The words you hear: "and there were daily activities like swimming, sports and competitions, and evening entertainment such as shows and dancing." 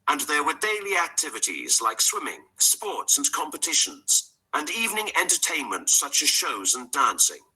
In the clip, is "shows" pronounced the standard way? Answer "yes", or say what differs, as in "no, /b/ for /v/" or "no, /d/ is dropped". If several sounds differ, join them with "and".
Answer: yes